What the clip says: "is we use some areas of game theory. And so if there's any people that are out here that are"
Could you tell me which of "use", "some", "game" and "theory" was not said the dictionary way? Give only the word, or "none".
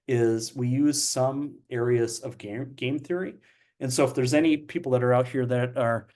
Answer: none